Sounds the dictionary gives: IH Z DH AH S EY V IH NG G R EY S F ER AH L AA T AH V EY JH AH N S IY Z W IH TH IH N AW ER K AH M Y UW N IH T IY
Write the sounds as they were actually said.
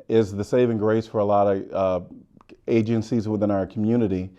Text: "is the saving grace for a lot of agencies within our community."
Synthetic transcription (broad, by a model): IH Z DH AH S EY V IH NG G R EY S F ER AH L AA T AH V EY JH AH N S IY Z W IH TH IH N AW ER K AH M Y UW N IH T IY